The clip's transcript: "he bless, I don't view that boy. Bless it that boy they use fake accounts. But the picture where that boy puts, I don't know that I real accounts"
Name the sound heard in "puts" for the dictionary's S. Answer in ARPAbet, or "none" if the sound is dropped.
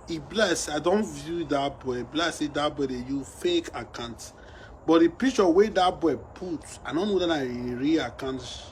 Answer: none